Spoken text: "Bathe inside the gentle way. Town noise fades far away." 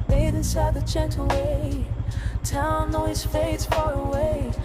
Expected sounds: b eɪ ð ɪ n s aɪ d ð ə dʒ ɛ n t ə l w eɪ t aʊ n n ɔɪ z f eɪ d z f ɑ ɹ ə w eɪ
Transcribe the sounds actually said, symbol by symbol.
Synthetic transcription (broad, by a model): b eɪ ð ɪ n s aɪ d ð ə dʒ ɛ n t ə w eɪ t aʊ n n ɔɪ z f eɪ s f ɑ ɹ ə w eɪ